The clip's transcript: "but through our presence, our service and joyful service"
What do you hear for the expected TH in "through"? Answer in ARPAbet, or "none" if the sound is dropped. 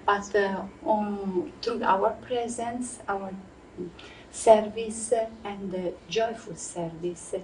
T